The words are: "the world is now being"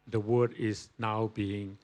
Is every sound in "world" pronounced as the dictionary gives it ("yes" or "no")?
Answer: no